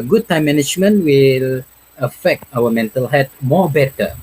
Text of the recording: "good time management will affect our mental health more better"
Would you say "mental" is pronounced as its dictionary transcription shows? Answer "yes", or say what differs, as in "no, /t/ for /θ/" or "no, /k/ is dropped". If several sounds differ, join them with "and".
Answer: yes